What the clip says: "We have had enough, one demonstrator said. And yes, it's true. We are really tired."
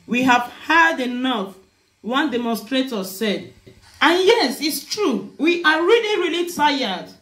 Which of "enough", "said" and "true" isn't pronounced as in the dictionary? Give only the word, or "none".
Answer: none